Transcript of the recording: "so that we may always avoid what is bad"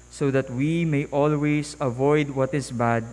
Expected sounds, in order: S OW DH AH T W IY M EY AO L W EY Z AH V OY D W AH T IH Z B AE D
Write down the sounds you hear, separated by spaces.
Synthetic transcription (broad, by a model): S OW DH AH T W IY M EY AO L W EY S AH V OY D W AH T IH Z B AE D